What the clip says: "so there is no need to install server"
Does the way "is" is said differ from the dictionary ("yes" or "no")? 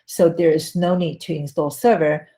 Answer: no